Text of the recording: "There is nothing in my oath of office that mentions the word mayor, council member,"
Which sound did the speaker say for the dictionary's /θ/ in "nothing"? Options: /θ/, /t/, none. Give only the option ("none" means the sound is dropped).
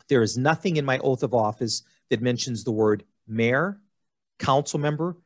/θ/